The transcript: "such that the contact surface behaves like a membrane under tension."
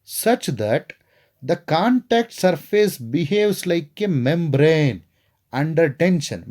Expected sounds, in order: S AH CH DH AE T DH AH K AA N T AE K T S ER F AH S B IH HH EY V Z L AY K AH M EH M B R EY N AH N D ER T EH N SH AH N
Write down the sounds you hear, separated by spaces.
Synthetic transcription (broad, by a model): S AH CH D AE T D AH K AA N T AE K T S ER F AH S B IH HH EY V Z L AY K AH M EH M B R EY N AH N D ER T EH N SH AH N